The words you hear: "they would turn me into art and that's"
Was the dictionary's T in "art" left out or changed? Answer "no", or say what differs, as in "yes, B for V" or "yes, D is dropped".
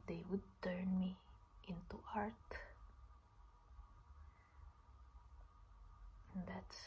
no